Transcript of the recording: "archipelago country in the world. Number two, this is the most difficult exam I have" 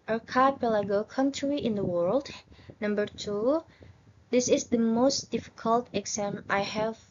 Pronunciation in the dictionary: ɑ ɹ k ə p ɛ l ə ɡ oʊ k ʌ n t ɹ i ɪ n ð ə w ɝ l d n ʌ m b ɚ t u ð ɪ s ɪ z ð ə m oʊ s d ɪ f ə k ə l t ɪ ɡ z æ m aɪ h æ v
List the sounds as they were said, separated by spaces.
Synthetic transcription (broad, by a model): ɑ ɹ k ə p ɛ l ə ɡ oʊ k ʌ n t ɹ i ɪ n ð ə w ɝ l d n ʌ m b ɚ t u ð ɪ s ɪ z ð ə m oʊ s d ɪ f ə k ə l t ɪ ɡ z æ m aɪ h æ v